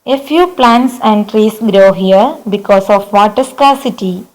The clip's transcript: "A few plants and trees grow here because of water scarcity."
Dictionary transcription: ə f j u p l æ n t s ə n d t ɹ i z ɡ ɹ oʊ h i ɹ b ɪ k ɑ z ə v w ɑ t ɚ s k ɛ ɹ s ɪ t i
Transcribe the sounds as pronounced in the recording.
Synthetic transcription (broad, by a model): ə f j u p l æ n t s ə n d t ɹ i s ɡ ɹ oʊ h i ɹ b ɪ k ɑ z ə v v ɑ t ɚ s k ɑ s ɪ t i